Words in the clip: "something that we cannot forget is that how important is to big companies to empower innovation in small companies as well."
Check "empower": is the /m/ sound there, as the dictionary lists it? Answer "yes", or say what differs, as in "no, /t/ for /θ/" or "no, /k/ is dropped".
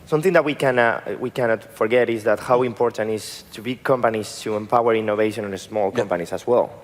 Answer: yes